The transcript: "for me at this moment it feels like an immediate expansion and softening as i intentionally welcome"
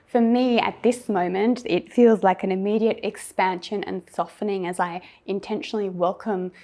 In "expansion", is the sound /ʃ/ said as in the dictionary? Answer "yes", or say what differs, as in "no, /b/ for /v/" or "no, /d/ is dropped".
yes